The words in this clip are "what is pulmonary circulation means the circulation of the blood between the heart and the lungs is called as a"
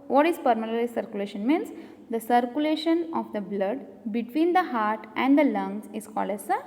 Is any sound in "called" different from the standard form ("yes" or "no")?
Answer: no